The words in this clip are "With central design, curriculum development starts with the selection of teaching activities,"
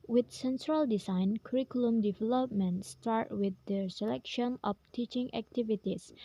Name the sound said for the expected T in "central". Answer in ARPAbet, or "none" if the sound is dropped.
S